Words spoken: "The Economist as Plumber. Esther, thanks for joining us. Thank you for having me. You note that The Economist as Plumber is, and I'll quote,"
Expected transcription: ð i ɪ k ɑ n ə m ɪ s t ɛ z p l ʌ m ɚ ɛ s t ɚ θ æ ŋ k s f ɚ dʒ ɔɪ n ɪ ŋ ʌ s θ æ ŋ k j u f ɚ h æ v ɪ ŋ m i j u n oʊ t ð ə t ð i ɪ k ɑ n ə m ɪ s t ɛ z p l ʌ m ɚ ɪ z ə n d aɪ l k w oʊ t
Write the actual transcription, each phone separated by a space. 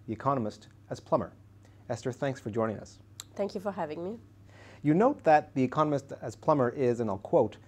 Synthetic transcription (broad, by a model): ð i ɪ k ɑ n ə m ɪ s t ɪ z p l ʌ m ɚ ɛ s t ɚ θ æ ŋ k s f ɚ dʒ ɔɪ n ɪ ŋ ʌ s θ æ ŋ k j u f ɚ h æ v ɪ ŋ m i j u n oʊ t ð ə t ð i ɪ k ɑ n ə m ɪ s t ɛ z p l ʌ m ɚ ɪ z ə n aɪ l k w oʊ t